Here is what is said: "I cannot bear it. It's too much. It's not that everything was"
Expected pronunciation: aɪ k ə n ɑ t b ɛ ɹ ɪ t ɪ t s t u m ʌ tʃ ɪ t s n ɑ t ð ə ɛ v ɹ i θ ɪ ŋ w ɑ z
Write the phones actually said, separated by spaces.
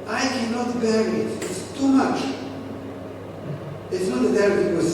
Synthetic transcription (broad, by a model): aɪ k ə n ɑ t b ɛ ɹ ɪ t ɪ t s t u m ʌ tʃ ɪ t s n ɑ t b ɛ ɹ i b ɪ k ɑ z